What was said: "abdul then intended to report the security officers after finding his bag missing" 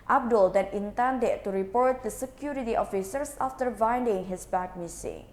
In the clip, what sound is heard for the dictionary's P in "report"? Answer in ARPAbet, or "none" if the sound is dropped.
P